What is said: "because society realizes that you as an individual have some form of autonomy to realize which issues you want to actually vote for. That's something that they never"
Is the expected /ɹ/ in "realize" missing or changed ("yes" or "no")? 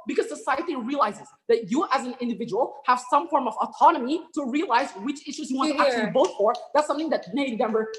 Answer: no